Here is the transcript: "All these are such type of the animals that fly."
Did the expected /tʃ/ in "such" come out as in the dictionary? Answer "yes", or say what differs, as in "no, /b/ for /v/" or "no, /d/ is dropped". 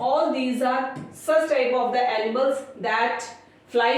no, /s/ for /tʃ/